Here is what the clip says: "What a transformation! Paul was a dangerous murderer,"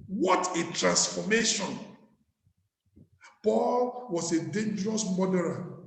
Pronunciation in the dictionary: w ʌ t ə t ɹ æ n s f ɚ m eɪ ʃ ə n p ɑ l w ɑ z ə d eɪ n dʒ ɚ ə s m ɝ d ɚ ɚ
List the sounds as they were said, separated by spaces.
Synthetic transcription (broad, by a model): w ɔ t ə t ɹ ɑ n s f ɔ m eɪ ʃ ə n p ɑ l w ɑ s ə d eɪ n dʒ ɚ ə s m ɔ d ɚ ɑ